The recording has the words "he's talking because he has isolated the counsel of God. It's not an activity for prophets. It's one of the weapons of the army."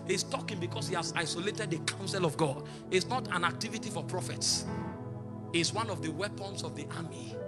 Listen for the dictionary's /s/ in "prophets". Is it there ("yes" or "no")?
yes